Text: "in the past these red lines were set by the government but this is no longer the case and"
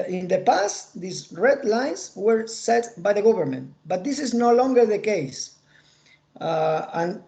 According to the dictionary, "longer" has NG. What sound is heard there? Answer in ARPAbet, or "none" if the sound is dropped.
NG